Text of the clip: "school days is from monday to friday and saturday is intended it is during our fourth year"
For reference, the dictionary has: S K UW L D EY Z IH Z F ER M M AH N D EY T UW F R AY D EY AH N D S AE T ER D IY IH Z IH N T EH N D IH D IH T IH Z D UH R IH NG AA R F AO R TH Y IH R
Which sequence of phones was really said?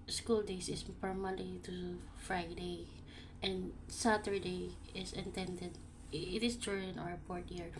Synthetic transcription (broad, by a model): S K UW L D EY S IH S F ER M M AH N D EY T UW F R AY D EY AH N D S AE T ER D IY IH S IH N T EH N D IH D IH T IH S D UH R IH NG AA R P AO R T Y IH R